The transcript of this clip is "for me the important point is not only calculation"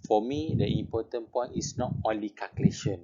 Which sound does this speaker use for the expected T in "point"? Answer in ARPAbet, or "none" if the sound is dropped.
none